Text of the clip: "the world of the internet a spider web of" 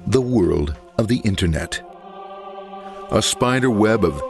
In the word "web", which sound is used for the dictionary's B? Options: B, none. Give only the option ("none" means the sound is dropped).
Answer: B